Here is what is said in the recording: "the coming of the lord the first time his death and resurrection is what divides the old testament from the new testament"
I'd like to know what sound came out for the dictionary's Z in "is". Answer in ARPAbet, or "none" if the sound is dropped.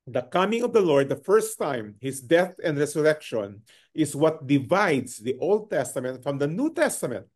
S